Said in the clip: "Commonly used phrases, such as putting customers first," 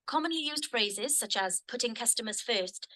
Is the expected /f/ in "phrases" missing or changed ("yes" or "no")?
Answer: no